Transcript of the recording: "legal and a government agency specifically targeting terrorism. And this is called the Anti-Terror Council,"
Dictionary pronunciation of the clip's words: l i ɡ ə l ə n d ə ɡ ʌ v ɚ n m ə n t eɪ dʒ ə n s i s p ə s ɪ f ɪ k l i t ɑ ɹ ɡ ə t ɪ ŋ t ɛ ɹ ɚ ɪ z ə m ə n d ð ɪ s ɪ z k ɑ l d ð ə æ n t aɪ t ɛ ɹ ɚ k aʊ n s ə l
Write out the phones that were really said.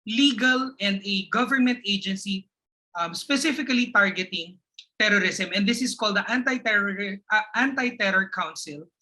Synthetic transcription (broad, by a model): l i ɡ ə l ə n d ə ɡ ʌ v ɚ n m ə n t eɪ dʒ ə n s i s p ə s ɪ f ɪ k l i t ɑ ɹ ɡ ə t ɪ ŋ t ɛ ɹ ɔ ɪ s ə m ə n d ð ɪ s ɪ s k ɑ l d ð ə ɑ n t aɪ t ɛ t ɚ k aʊ n s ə l